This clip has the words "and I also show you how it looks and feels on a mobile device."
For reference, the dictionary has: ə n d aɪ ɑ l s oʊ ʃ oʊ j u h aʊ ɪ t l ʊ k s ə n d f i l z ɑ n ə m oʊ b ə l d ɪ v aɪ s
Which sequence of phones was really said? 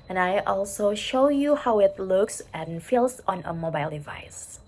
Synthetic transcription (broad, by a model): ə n aɪ ɑ l s oʊ ʃ oʊ j u h aʊ ɪ t l ʊ k s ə n f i l s ɑ n ə m oʊ b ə l d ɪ v aɪ s